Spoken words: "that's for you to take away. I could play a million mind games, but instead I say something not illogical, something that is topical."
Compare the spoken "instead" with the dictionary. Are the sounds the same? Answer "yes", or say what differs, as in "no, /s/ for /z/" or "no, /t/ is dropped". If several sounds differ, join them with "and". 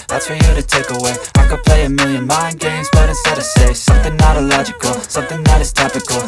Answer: no, /n/ is dropped